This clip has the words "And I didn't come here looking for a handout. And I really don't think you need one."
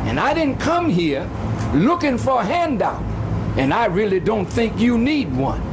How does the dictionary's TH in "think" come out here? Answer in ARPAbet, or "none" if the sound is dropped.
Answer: TH